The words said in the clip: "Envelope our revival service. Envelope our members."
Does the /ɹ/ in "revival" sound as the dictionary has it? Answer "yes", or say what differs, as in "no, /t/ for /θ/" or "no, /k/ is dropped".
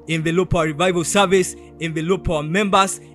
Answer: yes